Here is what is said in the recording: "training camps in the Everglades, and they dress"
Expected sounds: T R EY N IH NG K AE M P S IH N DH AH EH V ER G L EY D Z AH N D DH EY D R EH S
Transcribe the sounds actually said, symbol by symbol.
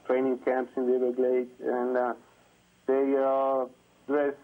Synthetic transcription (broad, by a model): T R EY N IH NG K AE M P S IH N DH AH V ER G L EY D AH N D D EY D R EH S